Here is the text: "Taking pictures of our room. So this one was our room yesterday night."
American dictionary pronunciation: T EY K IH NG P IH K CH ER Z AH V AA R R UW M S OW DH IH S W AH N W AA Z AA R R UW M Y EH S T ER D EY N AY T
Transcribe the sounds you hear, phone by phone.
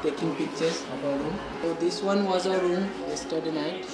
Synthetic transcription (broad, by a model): T EY K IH NG P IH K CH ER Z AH B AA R R UW M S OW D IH S W AH N W AA Z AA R R UW M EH S T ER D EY N AY T